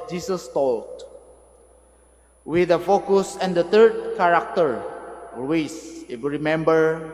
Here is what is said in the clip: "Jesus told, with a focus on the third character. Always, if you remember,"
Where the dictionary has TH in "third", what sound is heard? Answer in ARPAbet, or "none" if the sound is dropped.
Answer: T